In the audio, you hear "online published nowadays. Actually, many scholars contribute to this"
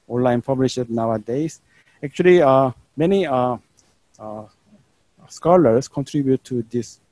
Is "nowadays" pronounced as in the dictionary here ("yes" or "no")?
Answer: no